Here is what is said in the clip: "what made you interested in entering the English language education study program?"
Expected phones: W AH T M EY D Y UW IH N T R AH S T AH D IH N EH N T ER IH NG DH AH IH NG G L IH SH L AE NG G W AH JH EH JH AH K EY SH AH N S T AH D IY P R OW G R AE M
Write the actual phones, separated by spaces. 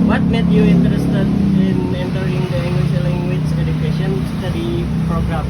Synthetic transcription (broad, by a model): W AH T M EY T Y UW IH N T R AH S T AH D IH N EH N T ER IH NG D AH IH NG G W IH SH L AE NG G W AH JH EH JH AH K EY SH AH N S T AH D IY P R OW G R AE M